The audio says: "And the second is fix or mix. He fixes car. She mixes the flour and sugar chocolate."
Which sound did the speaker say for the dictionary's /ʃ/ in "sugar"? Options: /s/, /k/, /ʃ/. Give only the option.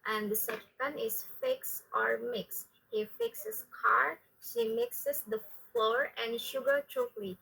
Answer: /ʃ/